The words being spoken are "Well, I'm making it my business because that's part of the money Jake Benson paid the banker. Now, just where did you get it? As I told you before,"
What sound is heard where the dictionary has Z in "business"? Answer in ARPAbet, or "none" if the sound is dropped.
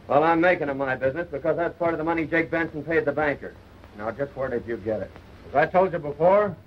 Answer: Z